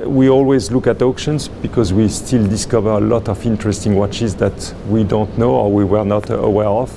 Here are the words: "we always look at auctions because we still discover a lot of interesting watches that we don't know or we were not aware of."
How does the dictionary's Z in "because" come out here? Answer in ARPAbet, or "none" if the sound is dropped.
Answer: Z